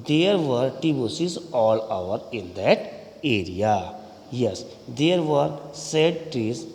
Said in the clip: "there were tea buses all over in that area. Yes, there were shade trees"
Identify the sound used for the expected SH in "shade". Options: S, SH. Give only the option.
S